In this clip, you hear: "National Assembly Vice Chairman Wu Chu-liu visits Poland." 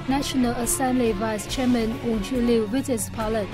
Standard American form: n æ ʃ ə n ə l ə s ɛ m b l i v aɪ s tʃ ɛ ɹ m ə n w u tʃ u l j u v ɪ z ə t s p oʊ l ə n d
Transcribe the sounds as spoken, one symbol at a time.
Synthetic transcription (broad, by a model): n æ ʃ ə n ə l ə s ɛ m b l i v aɪ s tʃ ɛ m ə n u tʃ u l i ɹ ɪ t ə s p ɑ l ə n